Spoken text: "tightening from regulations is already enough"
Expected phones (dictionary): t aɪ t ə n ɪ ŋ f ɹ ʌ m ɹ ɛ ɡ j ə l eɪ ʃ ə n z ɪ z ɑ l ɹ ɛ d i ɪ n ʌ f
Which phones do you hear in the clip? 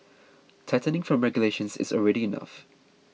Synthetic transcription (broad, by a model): t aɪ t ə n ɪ ŋ f ɹ ʌ m ɹ ɛ ɡ j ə l eɪ ʃ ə n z ɪ z ɑ l ɹ ɛ d i ɪ n ʌ f